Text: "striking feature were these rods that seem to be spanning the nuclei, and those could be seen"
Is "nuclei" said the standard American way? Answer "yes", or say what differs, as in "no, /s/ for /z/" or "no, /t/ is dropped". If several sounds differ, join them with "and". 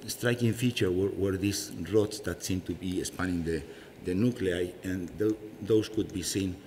yes